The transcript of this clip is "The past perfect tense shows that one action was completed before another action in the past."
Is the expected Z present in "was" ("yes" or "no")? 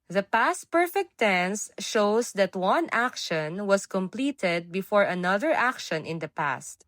no